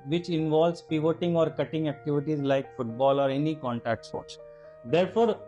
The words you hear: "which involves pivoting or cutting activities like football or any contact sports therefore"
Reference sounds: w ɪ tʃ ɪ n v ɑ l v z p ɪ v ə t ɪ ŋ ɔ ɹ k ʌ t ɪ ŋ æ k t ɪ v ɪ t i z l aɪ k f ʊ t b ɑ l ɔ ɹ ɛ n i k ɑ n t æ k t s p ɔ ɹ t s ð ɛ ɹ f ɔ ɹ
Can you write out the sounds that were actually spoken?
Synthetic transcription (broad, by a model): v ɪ tʃ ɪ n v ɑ l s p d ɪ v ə t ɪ ŋ ɔ ɹ k ʌ t ɪ ŋ æ k t ɪ v ɪ t i z l aɪ k f ʊ t b ɑ l ɔ ɹ ɛ n i k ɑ n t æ k t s ɔ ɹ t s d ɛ ɹ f ɔ ɹ